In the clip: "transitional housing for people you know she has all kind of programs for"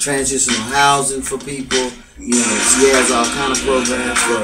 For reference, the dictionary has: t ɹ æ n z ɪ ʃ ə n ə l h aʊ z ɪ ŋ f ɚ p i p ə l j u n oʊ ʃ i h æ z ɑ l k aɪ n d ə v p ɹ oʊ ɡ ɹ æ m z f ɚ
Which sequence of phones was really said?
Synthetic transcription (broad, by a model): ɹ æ n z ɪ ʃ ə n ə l h aʊ z ɪ ŋ f ɚ p i p l j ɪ n oʊ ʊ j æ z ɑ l k aɪ n d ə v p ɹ oʊ ɡ ɹ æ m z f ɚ